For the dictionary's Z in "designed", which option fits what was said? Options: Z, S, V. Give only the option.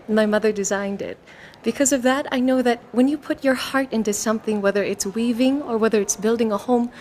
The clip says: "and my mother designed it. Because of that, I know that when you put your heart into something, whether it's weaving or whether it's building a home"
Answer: Z